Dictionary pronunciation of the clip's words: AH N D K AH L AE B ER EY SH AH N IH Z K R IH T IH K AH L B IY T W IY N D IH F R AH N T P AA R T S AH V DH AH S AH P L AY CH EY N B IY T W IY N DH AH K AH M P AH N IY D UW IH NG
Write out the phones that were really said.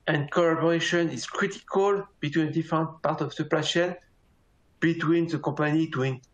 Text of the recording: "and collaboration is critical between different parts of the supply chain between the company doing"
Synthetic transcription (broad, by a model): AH N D K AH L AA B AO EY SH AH N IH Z K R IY T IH K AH L B IY T W IY N D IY F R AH N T P AA R T AH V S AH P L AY SH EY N B IY T W IY N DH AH K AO P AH N IY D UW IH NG